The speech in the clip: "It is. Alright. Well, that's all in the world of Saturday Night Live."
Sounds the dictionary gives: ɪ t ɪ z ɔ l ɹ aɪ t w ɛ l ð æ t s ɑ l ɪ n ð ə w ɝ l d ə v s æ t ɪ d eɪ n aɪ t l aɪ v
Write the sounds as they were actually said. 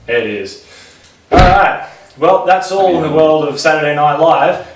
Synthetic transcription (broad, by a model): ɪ t ɪ z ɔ ɹ aɪ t w ɛ l ð æ t s ɑ l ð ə w ɝ l d ə v s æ t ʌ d eɪ n aɪ t l aɪ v